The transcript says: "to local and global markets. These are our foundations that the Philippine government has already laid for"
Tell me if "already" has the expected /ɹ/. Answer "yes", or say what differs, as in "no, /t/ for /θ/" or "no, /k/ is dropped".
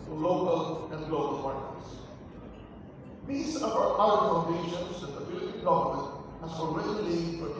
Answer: no, /l/ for /ɹ/